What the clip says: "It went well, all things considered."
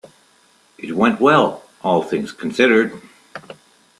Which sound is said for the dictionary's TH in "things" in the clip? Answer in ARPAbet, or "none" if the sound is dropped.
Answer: TH